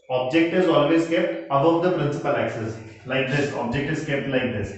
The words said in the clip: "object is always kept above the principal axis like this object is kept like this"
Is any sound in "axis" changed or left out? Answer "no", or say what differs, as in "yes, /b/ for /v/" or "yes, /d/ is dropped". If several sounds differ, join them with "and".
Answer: no